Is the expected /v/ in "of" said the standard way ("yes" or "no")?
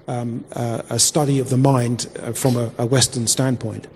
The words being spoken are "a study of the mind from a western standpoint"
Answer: yes